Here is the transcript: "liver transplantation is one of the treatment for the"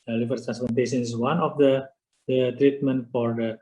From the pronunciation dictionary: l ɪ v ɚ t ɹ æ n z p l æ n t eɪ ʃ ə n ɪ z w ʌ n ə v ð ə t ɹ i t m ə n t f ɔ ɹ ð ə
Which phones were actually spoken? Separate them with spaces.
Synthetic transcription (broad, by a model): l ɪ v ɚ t ɹ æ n s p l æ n t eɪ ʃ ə n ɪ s w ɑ n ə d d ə t ɹ i t m ə n t f ɔ ɹ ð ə